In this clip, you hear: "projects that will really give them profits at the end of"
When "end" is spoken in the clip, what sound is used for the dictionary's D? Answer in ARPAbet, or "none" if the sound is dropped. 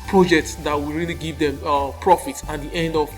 D